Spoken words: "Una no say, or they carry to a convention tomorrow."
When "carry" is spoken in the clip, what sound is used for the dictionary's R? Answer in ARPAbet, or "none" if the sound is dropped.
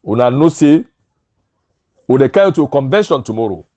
none